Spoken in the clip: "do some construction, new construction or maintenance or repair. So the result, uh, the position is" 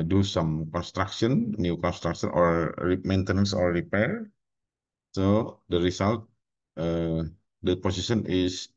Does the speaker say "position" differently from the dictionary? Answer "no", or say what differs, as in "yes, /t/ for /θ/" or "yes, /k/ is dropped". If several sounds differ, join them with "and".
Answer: yes, /s/ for /z/